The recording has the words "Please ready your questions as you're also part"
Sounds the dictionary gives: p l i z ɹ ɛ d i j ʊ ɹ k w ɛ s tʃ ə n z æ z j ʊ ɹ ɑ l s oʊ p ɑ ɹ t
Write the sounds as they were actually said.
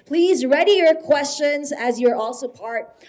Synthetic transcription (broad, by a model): p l i z ɹ ɛ d i j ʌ ɹ k w ɛ s tʃ ə n z æ z j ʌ ɹ ɑ l s oʊ p ɑ ɹ t